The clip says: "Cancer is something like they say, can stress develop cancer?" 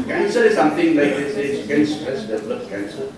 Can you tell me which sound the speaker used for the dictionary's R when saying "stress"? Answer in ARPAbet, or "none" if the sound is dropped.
none